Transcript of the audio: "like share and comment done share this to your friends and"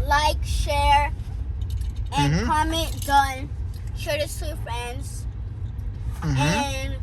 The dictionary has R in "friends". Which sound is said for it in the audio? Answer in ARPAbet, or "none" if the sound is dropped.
R